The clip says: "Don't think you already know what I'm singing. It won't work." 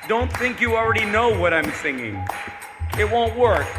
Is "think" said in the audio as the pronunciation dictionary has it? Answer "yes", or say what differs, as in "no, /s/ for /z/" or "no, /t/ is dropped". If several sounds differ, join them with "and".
yes